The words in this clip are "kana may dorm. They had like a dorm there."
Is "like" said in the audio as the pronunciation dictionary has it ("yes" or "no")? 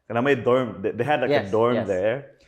no